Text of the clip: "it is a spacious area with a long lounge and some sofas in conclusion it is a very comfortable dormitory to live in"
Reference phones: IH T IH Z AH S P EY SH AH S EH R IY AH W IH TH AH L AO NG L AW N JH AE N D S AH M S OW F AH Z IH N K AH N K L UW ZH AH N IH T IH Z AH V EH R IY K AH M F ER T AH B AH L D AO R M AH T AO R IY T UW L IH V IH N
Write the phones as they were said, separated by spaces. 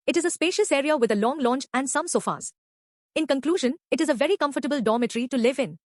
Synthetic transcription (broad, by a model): IH T IH Z AH S P EY SH AH S EH R IY AH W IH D AH L AO NG L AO N CH AE N D S AH M S OW F AH Z IH N K AH N K L UW ZH AH N IH T IH Z AH V EH R IY K AH M F ER T AH B AH L D AO M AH T R IY T UW L IH V IH N